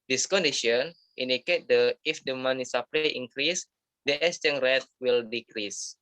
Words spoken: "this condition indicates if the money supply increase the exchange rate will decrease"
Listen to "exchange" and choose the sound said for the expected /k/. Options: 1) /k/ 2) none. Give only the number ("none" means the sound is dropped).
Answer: 2